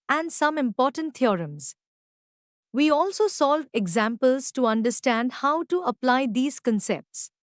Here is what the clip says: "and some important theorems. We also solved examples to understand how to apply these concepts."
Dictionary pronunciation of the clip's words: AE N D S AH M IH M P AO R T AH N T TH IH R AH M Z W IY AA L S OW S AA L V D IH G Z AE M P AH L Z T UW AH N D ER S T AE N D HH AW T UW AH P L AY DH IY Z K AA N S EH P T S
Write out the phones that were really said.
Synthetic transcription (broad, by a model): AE N D S AH M IH M P AO R T AH N T T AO R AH M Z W IY AA L S OW S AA L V IH G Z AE M P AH L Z T UW AH N D ER S T AE N D HH AW T UW AH P L AY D IY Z K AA N S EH P T S